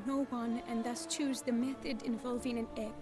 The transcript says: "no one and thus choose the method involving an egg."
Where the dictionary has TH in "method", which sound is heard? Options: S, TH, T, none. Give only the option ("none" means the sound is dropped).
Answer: TH